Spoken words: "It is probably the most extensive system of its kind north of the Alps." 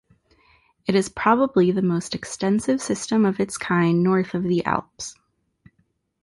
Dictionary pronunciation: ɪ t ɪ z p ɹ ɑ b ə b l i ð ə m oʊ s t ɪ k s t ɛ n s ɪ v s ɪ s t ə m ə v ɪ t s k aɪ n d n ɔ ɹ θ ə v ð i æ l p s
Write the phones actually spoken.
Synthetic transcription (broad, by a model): ɪ t ɪ z p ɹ ɑ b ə b l i ð ə m oʊ s t ɪ k s t ɛ n s ɪ v s ɪ s t ə m ə v ɪ t s k aɪ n n ɔ ɹ θ ə v ð i æ l p s